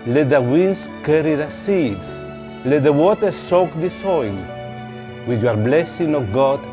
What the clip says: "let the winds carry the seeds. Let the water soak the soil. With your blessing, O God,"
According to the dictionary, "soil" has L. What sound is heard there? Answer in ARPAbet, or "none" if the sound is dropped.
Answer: N